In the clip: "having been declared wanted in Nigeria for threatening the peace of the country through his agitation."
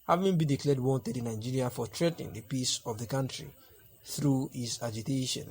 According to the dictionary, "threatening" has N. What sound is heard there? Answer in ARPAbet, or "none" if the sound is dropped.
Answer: none